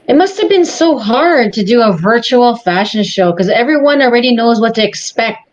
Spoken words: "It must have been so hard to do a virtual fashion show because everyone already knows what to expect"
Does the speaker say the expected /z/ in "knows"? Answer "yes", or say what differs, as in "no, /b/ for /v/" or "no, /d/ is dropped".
yes